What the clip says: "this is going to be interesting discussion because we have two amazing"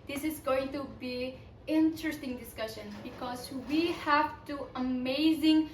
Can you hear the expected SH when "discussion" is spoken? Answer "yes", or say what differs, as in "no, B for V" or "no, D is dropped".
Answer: yes